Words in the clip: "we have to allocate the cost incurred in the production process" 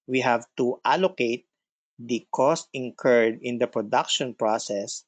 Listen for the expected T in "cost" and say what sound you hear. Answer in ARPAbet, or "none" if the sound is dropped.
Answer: T